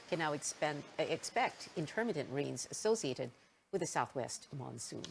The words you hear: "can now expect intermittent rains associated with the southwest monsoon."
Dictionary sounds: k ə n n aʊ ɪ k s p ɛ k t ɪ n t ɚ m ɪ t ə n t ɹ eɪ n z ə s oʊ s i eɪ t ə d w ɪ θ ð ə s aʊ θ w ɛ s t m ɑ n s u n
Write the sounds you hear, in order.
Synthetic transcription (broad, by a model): k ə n n aʊ ɪ k s p ɛ k t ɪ n t ɚ m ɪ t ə n t ɹ eɪ n z ə s oʊ s i eɪ t ə d w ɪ ð ə s aʊ θ w ɛ s t m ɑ n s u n